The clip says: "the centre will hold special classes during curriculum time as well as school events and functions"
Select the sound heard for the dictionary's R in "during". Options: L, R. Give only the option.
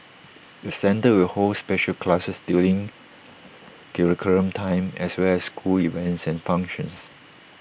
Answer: L